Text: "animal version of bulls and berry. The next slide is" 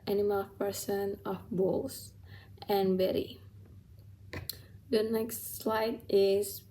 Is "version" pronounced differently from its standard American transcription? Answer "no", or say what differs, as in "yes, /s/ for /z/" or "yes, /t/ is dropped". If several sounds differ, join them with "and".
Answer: yes, /p/ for /v/ and /s/ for /ʒ/